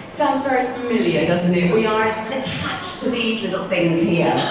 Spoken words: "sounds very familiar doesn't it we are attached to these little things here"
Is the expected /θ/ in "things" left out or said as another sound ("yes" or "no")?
no